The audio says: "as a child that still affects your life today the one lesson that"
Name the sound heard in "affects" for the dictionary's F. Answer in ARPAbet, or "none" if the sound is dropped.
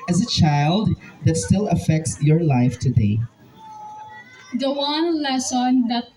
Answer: F